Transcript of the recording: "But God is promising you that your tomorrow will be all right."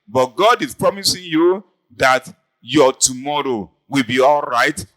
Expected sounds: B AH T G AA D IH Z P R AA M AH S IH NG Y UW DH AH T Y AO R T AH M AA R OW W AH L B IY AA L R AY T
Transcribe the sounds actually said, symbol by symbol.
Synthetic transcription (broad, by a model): B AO T G AA D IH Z P R AA M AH S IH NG Y UW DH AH T Y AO T AH M AA R OW W AH L B IY AA L R AY T